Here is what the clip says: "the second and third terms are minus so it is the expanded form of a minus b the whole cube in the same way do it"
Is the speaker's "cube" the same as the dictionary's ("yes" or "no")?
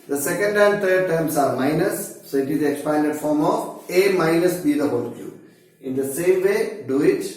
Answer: no